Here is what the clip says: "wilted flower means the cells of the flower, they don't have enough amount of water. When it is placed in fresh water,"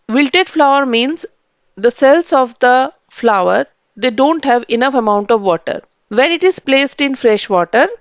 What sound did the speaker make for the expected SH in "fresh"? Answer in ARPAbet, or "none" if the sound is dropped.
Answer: SH